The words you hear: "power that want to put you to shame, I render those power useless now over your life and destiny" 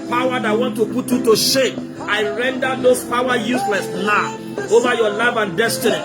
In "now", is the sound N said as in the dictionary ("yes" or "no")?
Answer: no